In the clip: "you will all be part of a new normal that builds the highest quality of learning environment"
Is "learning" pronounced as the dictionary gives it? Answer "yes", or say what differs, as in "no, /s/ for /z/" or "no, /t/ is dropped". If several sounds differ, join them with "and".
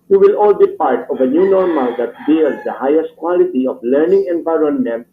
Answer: yes